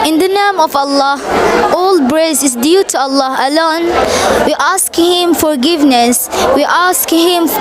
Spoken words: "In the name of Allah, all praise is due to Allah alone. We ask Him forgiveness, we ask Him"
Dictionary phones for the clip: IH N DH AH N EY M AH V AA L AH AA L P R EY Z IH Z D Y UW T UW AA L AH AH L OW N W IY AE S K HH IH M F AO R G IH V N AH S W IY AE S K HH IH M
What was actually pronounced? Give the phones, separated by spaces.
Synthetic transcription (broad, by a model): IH N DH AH N EY M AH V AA L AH AA L B R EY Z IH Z D Y UW T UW AA L AH AH L OW N W IY AE S K HH IH M F AO R G IH V N AH S W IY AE S K HH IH M